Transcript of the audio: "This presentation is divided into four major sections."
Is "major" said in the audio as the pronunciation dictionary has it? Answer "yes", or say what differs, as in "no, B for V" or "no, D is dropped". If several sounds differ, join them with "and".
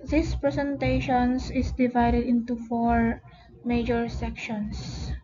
yes